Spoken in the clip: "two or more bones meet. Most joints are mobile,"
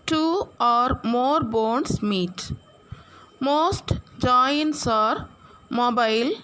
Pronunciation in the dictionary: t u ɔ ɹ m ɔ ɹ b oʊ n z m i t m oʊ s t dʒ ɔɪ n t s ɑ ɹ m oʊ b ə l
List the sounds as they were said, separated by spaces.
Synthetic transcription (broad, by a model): t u ɔ ɹ m ɔ ɹ b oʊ n s m i t m oʊ s t dʒ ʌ n t s ɑ ɹ m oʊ b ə l